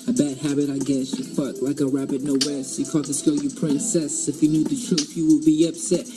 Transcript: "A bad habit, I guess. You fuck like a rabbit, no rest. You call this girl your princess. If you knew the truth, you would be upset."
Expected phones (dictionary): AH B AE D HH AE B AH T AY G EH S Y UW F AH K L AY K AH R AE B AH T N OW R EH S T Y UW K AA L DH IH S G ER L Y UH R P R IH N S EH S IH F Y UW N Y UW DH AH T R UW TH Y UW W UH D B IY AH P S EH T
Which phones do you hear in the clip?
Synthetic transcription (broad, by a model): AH B AE D HH AE B AH T AY G EH S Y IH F AH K L AY K AH R AE B AH T N OW W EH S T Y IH K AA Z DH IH S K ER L Y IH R P R IH N S EH S IH F Y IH N Y UW DH AH T R UW TH Y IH W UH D B IY AH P S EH T